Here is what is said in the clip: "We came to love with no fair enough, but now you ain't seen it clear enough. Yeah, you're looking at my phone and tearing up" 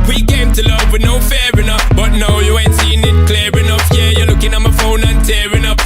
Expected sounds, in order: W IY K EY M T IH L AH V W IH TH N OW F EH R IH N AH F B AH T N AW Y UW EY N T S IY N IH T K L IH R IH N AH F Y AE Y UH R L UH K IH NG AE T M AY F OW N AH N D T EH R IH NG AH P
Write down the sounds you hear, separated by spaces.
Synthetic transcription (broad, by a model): W IY K EY M T IH L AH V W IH N OW F EH R IH N AH F B AH T N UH Y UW EY N T S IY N IH T K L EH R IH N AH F Y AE Y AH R L UH K IH NG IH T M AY F OW N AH N T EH R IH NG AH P